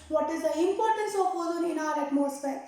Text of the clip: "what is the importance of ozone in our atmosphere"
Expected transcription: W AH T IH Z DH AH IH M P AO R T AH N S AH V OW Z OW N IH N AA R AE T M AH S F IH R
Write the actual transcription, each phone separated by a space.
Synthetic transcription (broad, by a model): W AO T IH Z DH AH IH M P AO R T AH N S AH P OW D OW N IH N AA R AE T M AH S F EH R